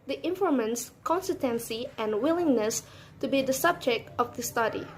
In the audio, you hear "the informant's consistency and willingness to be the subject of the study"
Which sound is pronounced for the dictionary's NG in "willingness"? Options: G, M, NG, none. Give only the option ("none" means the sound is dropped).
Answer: NG